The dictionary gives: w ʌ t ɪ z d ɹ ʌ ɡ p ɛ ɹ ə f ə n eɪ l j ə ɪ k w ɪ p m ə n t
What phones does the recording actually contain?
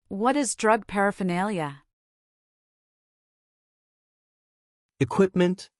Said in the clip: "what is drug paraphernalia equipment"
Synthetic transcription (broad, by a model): w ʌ t ɪ z d ɹ ʌ ɡ p ɛ ɹ ə f ə n eɪ l j ə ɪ k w ɪ p m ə n t